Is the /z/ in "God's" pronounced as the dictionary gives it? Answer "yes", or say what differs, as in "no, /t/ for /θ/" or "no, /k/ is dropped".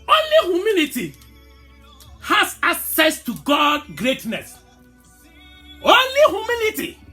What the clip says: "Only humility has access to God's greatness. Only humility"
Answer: no, /z/ is dropped